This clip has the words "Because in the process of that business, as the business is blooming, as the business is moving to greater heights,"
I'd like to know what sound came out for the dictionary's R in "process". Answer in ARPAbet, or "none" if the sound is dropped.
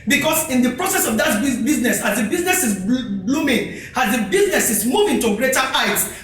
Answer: R